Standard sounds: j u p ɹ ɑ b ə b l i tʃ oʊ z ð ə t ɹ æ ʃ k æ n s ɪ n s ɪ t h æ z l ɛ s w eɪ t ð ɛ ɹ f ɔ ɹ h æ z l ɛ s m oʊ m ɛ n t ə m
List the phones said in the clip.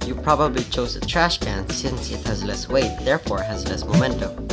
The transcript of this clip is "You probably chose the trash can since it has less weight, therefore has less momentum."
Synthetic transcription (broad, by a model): j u p ɹ ɑ b ə b l i tʃ oʊ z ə t ɹ æ ʃ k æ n s ɪ n s ɪ t h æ z l ɛ s w eɪ t ð ɛ ɹ f ɔ ɹ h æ z l ɛ s m oʊ m ɛ n t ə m